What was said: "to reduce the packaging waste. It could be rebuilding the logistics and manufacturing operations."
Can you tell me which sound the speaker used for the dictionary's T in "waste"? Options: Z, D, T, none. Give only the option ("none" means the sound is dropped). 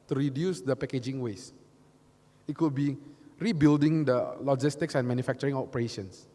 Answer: none